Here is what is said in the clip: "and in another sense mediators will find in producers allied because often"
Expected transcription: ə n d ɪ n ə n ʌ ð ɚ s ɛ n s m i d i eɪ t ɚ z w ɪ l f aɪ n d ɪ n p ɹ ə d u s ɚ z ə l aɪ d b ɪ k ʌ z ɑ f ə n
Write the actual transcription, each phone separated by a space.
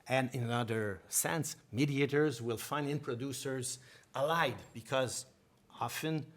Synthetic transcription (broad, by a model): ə n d ɪ n ə n ʌ ð ɚ s ɛ n s m i d i eɪ t ɚ z w ɪ l f aɪ n d ɪ n p ɹ ə d u s ɚ z ə l aɪ d b ɪ k ʌ z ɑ f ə n